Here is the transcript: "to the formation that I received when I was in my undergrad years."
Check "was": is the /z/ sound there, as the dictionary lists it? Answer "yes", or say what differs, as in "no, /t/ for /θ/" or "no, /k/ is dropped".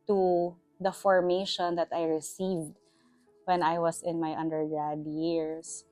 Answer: no, /s/ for /z/